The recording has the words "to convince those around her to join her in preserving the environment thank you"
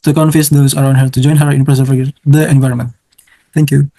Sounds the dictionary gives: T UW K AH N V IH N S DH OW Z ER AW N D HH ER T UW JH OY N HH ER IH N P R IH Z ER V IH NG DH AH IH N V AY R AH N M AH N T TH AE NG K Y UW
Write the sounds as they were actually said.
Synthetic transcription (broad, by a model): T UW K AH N F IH S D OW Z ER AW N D HH ER T UW JH OY N HH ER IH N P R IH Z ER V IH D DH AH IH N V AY R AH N M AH N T T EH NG K Y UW